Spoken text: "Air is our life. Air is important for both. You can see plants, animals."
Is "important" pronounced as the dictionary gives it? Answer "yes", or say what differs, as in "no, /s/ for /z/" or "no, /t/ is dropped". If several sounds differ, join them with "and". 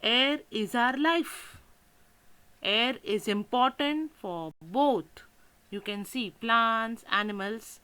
yes